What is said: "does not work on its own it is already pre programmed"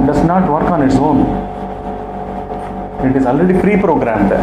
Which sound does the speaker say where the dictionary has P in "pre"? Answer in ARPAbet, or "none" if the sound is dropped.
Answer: F